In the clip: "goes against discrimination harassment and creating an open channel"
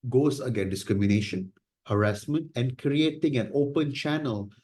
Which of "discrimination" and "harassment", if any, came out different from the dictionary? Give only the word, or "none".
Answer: none